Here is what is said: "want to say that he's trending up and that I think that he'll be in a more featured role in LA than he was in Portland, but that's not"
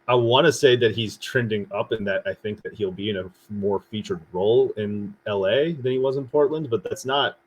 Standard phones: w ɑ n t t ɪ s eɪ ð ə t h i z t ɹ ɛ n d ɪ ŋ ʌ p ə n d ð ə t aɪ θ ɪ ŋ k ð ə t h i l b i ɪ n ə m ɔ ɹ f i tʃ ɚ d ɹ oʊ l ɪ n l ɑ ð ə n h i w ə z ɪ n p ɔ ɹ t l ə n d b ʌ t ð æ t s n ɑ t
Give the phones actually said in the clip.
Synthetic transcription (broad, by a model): w ɑ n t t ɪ s eɪ ð ə t h i z t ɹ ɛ n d ɪ ŋ ʌ p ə n ð ə t aɪ θ ɪ ŋ k ð ə t h i l b i ɪ n ə m ɔ ɹ f i tʃ ɚ d ɹ oʊ l ɪ n l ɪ ð ə n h i w ə z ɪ n p ɔ ɹ t l ə n d b ʌ t ð æ t s n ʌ t